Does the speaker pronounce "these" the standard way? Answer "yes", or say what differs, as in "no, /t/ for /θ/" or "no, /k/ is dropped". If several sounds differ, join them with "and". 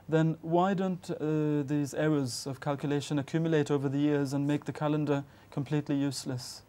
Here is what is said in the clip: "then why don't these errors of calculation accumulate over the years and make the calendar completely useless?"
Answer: yes